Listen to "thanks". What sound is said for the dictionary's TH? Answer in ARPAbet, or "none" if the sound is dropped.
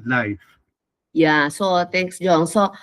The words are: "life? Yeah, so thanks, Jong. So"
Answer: T